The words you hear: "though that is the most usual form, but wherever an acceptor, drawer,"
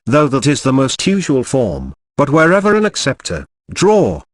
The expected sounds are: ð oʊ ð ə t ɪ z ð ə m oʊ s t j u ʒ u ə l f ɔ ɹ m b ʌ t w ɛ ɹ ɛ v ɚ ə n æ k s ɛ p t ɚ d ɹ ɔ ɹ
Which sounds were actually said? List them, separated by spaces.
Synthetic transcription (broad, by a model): ð oʊ ð ə t ɪ z ð ə m oʊ s t j u ʒ u ə l f ɔ ɹ m b ʌ t w ɛ ɹ ɛ v ɚ ə n æ k s ɛ p t ɚ d ɹ ɔ